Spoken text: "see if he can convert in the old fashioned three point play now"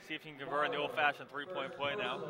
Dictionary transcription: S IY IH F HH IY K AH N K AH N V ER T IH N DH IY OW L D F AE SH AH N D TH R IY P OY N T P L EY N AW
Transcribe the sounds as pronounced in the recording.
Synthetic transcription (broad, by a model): S IY IH F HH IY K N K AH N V ER IH N DH IY OW L D F AE SH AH N TH R IY P OY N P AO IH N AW